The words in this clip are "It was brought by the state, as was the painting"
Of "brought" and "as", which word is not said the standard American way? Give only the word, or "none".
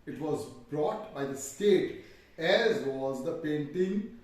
none